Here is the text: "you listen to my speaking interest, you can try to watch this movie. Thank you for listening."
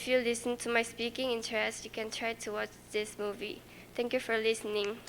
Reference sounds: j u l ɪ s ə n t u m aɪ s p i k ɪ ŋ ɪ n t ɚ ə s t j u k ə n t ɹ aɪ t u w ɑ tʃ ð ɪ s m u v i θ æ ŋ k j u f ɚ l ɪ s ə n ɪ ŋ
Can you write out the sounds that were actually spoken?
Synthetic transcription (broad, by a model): j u l ɪ s ə n t u m aɪ s p i k ɪ ŋ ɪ n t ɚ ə s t j u k ə n t ɹ aɪ t u w ɑ tʃ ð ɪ s m u v i t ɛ ŋ k j u f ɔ l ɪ s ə n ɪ ŋ